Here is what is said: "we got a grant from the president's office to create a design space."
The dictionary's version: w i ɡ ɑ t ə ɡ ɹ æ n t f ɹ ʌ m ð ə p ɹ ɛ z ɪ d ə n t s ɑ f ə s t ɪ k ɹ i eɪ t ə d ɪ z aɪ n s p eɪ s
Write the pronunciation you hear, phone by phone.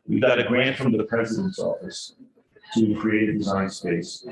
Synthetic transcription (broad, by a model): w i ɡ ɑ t ə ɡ ɹ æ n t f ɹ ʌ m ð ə p ɹ ɛ z ɪ d ə n t s ɑ f ə s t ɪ k ɹ i eɪ t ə d ɪ z aɪ n s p eɪ s